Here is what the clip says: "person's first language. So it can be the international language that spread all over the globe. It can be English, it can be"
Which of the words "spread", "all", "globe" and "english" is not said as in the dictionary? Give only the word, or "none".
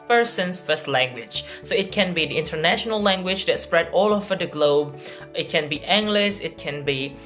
english